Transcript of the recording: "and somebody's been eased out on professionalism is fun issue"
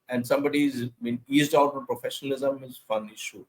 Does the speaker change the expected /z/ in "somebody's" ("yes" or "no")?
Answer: no